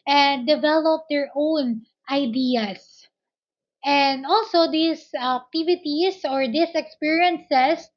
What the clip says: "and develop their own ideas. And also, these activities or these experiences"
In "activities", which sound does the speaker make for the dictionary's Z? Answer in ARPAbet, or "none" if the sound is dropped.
S